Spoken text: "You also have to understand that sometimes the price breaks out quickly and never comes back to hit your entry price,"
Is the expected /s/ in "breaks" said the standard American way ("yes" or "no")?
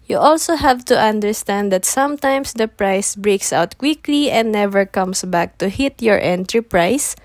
yes